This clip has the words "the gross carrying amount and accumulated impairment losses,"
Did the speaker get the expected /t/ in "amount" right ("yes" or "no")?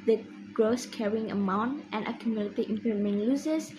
yes